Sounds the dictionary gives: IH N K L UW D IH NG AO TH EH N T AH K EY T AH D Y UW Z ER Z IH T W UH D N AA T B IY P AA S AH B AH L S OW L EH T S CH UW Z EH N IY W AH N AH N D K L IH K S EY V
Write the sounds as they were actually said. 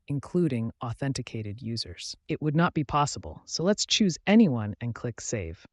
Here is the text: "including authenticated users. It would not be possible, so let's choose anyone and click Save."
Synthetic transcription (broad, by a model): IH N K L UW D IH NG AO TH EH N T AH K EY T AH D Y UW Z ER Z IH T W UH D N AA T B IY P AA S AH B AH L S OW L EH T S CH UW Z EH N IY W AH N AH N K L IH K S EY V